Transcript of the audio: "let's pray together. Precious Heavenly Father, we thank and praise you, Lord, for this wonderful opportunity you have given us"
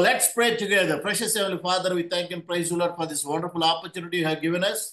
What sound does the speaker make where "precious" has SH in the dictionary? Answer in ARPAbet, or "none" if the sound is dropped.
SH